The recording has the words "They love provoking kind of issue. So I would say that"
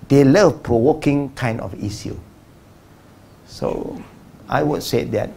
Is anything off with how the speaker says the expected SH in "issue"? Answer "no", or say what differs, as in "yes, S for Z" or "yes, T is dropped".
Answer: yes, S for SH